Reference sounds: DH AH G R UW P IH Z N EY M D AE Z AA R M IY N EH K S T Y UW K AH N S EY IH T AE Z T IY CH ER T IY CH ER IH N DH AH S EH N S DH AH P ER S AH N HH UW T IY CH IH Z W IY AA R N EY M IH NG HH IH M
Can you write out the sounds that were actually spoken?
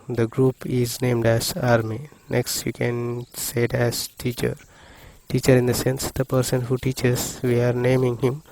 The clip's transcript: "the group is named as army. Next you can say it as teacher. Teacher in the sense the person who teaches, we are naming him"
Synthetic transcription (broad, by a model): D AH G R UW P IH Z N EY M D AE Z AA R M IY N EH K S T Y UW K AH N S EY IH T AE Z T IY CH ER T IY CH ER IH N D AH S EH N S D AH P ER S AH N HH UW T IY CH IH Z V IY AA R N EY M IH NG HH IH M